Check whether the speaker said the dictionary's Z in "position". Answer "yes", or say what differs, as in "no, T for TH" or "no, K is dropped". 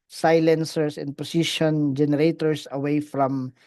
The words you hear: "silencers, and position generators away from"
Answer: no, S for Z